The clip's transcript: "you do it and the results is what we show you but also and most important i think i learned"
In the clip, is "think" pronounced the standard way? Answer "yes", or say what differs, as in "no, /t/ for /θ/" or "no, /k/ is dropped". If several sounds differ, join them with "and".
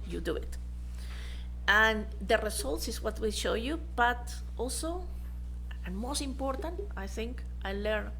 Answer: yes